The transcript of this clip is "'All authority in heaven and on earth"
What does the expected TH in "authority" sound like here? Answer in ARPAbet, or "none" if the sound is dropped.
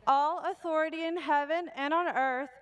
TH